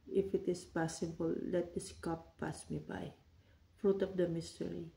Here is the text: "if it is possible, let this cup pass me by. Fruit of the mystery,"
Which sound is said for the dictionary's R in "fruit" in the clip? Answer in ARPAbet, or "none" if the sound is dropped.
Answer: R